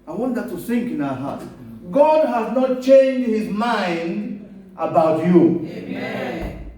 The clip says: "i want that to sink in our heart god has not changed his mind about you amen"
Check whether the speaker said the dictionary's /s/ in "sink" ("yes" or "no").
no